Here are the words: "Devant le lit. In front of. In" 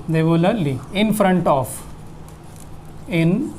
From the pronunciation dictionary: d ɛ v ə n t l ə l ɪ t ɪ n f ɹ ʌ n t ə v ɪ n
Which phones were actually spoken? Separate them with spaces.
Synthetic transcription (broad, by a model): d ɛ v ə l ə l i ɪ n f ɹ ʌ n t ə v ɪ n